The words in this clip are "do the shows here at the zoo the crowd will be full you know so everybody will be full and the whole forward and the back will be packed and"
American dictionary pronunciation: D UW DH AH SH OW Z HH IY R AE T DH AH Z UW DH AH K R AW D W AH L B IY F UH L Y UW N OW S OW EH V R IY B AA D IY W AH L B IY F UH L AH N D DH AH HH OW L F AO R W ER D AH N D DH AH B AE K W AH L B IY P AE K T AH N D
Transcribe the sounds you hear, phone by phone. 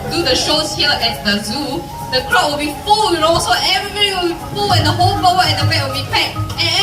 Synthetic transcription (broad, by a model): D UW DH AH SH OW S HH IY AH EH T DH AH Z UW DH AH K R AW W AH L B IY F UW L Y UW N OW S OW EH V R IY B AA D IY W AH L B IY F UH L AH N D AH HH OW L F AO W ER AH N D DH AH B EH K W AH L B IY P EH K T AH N